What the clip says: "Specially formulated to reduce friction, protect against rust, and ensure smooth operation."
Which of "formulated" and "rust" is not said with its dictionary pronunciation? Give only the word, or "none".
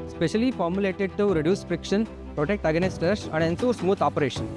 rust